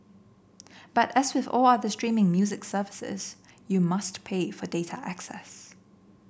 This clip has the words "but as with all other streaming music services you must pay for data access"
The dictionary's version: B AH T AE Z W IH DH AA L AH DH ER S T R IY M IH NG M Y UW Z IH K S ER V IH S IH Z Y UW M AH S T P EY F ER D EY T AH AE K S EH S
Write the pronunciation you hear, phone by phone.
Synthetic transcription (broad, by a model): B AH T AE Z W IH DH AA L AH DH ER S T R IY M IH NG M Y UW Z IH K S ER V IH S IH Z Y UW M AH S T P EY F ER D EY T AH AE K S EH S